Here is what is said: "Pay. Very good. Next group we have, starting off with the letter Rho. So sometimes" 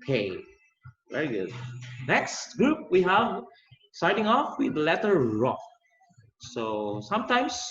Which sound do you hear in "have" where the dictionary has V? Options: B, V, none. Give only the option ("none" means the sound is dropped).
V